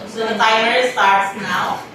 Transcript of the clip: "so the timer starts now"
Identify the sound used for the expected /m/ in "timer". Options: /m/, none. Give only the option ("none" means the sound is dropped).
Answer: none